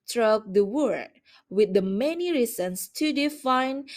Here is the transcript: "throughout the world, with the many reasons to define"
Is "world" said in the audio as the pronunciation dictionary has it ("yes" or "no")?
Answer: no